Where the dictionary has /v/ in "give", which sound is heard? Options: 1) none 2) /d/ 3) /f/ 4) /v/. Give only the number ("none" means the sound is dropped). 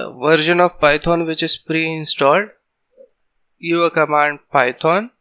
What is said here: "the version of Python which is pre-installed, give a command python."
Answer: 1